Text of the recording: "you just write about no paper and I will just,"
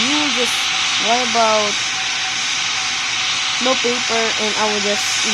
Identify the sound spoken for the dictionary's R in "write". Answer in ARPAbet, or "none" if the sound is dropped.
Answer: W